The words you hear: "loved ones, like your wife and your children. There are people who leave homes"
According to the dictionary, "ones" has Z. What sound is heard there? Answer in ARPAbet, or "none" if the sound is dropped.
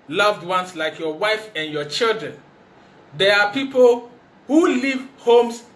S